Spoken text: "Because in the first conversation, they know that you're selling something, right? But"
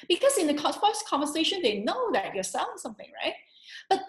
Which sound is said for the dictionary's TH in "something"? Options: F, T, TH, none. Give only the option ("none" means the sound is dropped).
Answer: TH